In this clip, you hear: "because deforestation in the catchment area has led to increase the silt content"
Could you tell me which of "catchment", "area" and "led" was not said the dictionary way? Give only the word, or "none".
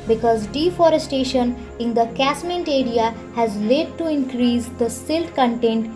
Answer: catchment